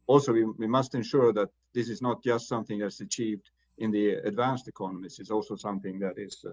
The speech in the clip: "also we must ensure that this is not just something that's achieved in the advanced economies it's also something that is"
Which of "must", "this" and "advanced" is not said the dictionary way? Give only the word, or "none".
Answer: none